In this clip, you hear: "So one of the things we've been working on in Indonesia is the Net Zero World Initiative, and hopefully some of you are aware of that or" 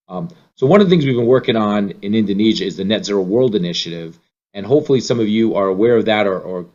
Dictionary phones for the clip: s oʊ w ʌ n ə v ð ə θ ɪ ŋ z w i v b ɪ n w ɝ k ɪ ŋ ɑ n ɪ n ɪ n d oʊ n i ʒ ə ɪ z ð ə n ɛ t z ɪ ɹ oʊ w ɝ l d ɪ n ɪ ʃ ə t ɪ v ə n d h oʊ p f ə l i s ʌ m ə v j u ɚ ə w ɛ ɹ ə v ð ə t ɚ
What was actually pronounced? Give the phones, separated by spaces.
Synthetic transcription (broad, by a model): s oʊ w ʌ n ə v ð ə θ ɪ ŋ z w i v b ɪ n w ɝ k ɪ ŋ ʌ n ɪ n ɪ n d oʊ n i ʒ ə ɪ z ð ə n ɛ t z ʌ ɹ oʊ w ɝ l d ɪ n ɪ ʃ ə t ɪ v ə n h oʊ p f l i s ʌ m ə v j u ɚ ə w ɛ ɹ ə v ð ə t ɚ